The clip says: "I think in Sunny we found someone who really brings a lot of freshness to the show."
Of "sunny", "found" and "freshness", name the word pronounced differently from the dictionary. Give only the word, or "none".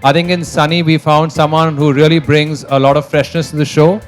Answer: none